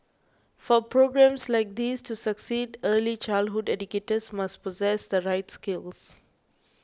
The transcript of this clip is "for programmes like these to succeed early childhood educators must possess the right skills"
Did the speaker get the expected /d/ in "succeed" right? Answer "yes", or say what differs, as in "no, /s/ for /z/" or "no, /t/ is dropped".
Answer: yes